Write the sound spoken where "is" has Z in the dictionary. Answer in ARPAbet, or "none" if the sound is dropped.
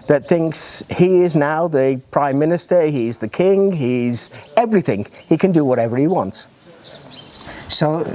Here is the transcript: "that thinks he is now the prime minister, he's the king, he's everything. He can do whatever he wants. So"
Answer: Z